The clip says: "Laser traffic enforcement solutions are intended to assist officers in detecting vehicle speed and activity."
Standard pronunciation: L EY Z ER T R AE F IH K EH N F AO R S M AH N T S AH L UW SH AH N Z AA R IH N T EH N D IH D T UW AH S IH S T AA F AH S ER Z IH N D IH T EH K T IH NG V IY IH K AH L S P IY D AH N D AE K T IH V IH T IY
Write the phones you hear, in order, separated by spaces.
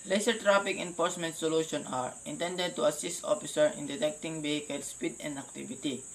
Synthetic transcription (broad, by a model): L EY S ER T R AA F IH K EH N F AO R S M AH N T S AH L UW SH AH N AA R IH N T EH N D IH D T UW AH S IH S T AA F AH S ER IH N D IH T EH K T IH NG B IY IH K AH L S P IY D AH N D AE K T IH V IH T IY